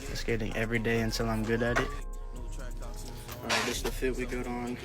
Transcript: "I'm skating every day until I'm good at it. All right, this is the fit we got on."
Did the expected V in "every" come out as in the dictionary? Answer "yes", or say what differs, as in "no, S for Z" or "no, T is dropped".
yes